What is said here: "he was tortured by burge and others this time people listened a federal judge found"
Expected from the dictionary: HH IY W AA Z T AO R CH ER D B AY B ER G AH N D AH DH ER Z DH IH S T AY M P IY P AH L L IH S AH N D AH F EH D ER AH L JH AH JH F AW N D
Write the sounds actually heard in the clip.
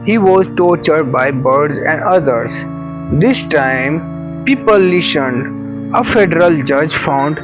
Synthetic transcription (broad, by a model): HH IY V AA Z T AO R CH ER D B AY B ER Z AH N D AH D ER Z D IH S T AY M P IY P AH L L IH SH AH N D AH F EH D ER AH L JH AH JH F AW N D